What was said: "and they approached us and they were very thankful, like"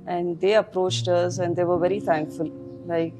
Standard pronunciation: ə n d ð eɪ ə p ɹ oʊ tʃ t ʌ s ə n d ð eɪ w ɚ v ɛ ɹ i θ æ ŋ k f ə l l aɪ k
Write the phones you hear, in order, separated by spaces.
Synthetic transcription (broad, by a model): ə n d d eɪ ə p ɹ oʊ tʃ t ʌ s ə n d eɪ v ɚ v ɛ ɹ i t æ ŋ k f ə l l aɪ k